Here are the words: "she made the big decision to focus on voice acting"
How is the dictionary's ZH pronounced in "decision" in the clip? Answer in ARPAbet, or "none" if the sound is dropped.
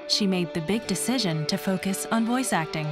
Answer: ZH